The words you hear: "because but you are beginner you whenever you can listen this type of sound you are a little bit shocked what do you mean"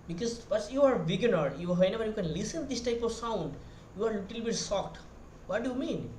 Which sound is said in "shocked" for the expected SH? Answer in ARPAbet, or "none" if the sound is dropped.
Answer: S